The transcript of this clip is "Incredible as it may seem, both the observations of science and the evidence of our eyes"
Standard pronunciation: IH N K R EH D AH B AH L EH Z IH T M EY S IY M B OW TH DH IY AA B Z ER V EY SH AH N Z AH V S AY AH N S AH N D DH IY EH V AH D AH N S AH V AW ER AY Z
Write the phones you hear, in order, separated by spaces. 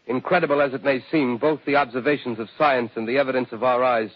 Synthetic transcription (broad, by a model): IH N K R EH D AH B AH L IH Z IH T M EY S IY M B OW TH DH IY AA B Z ER V EY SH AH N Z AH V S AY AH N S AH N DH IY EH V AH D AH N S AH V AW ER AY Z